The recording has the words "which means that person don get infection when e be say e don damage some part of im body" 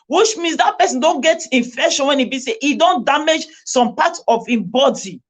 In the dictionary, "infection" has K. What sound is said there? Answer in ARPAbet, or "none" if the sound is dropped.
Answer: none